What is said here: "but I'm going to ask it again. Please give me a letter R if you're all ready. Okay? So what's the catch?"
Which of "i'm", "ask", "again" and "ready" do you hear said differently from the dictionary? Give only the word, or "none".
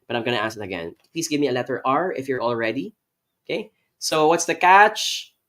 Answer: ask